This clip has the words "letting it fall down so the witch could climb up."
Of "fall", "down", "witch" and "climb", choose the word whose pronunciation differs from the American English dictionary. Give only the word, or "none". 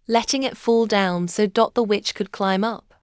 none